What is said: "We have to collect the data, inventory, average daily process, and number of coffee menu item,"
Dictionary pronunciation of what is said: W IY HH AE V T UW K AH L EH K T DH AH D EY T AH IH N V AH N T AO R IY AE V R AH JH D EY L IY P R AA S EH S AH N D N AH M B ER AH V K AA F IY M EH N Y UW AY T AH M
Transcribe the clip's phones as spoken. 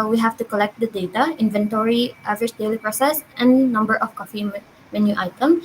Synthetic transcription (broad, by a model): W IY HH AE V T UW K AH L EH K T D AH D EY T AH IH N V AH N T AO R IY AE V AH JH D EY L IY P R AA S EH S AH N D N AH M B ER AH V K AA F IY M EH N Y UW AY T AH M